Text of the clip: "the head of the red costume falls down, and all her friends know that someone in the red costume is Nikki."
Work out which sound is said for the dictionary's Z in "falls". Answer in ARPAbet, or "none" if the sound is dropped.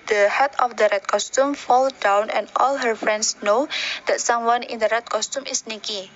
none